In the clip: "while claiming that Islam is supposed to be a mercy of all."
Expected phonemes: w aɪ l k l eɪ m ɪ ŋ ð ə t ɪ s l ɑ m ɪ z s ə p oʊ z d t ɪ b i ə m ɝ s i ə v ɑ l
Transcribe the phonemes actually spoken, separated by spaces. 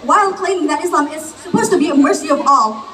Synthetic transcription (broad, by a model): w aɪ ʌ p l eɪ ɪ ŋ ð ə t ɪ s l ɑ m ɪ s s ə p oʊ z t ɪ b i ə m ɝ s i ə v ɑ l